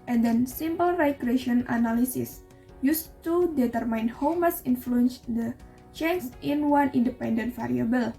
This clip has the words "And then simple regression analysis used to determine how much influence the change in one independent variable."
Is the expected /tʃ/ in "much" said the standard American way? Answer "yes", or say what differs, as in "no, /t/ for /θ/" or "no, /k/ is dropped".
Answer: no, /s/ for /tʃ/